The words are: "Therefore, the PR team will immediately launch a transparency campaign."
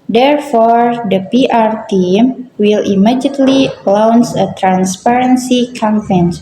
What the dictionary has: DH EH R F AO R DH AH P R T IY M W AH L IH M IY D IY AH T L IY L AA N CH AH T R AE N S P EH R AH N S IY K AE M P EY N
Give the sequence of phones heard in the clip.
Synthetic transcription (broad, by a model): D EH R F AO R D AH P R T IY M W AH L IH M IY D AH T L IY L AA N S AH T R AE N S P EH R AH N S IY K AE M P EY N